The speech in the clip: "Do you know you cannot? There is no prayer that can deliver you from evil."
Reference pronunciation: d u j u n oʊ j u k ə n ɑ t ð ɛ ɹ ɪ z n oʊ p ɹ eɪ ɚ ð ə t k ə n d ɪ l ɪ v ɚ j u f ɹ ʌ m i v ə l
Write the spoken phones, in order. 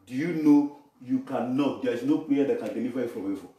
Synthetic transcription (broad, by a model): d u j u n oʊ j u k ə n ɑ t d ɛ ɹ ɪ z n oʊ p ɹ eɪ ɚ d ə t k ə n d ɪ n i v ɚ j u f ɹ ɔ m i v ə